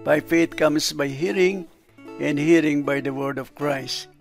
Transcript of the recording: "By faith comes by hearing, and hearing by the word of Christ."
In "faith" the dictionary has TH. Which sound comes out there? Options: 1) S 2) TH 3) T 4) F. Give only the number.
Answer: 3